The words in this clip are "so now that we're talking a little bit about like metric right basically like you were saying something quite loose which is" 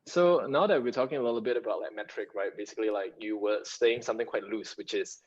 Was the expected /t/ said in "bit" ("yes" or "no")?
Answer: yes